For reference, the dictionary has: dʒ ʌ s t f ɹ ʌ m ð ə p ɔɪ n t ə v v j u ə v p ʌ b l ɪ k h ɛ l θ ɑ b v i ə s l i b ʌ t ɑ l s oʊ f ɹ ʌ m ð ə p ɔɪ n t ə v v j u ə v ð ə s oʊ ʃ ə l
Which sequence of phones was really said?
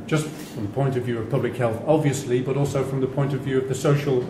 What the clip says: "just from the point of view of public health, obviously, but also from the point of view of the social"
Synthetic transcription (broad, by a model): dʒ ʌ s t f ɹ ʌ m ð ə p ɔɪ n t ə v v j u ə v p ʌ b l ɪ k h ɛ l θ ɑ b v i ə s l i b ʌ t ɑ l s oʊ f ɹ ʌ m ð ə p ɔɪ n t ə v v j u ə v ð ə s oʊ ʃ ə l